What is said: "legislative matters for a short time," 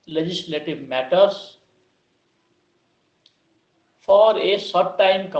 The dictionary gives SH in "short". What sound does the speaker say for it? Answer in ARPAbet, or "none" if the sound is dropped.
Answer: S